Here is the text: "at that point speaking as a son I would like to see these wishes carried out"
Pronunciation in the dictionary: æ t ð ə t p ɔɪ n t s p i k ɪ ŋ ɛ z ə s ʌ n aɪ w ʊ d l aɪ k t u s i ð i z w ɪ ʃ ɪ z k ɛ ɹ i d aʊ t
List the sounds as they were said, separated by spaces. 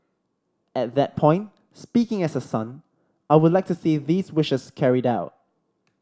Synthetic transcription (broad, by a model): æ t ð ə t p ɔɪ n t s p i k ɪ ŋ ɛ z ə s ʌ n aɪ w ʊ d l aɪ k t u s i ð i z w ɪ ʃ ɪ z k ɛ ɹ i d aʊ t